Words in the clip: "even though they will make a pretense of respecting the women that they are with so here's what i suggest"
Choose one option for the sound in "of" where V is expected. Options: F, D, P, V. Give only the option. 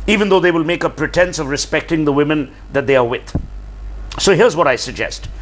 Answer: V